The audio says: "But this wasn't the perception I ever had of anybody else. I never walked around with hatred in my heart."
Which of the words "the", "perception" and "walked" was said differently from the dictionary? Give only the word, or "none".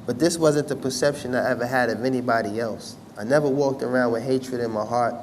none